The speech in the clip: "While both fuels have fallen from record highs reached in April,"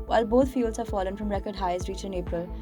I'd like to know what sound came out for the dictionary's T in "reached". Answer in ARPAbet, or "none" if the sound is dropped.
none